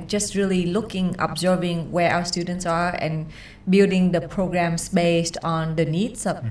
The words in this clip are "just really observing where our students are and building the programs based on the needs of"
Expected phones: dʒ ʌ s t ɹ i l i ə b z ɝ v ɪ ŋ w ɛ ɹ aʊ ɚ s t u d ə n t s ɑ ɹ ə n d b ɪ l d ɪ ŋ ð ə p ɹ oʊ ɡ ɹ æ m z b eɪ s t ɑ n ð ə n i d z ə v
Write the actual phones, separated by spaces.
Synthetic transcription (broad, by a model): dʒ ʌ s t ɹ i l i ə b z ɝ v ɪ ŋ w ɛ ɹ aʊ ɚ s t u d ə n t s ɑ ɹ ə n b ɪ l d ɪ ŋ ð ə p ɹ oʊ ɡ ɹ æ m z b eɪ s t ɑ n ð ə n i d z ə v